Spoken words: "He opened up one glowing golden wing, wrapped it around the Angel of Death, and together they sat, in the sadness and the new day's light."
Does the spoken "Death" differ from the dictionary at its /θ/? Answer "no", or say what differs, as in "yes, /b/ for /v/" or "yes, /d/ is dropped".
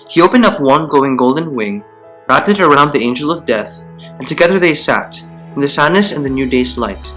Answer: no